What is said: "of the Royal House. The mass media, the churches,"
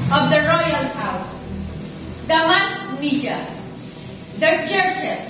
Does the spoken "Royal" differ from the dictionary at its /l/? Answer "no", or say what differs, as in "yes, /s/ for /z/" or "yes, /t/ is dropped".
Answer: no